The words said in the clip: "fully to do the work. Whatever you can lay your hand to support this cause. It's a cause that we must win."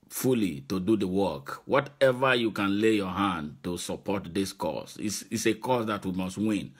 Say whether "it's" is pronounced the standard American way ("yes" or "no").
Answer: no